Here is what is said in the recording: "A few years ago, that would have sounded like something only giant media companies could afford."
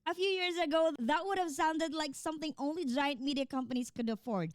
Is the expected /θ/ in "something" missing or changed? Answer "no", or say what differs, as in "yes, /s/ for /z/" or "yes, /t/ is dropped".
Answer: no